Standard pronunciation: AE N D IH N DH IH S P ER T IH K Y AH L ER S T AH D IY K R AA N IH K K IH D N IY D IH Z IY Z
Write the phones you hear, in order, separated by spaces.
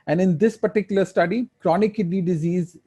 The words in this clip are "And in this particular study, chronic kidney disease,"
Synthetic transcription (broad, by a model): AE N D IH N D IH S P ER T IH K Y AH L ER S T AH D IY K R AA N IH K K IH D IY D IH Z IY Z